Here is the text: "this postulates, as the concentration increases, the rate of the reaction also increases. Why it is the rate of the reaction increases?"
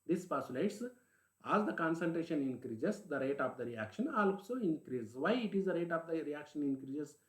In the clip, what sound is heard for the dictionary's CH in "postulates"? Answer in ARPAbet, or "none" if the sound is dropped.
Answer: none